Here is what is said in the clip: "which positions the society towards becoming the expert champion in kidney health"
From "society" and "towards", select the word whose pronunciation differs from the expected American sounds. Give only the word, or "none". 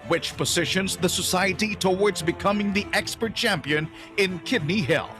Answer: none